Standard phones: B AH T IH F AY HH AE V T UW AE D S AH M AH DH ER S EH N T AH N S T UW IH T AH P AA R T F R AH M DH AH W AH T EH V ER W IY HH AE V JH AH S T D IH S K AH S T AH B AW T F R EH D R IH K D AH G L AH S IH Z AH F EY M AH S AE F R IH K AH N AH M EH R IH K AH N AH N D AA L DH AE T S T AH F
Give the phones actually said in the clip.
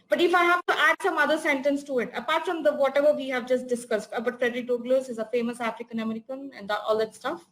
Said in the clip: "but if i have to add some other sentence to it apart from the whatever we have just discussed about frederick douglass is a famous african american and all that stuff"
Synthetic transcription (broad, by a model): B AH T IH F AY HH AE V T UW AE D S AH M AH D ER S EH N T AH N S T UW IH T AH P AA R T F R AH M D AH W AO T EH V ER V IY HH AE V JH AH S T D IH S K AH S T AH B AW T F R EH D R IH K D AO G L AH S IH Z AH F EY M AH S AE F R IH K AH N AH M EH R IH K AH N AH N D AA L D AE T S T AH F